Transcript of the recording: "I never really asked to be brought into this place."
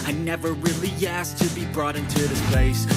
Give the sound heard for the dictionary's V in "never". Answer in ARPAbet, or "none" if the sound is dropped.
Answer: V